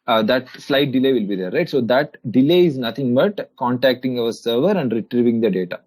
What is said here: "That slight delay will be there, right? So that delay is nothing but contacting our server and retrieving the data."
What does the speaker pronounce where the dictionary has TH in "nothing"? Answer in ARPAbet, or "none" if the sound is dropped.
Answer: T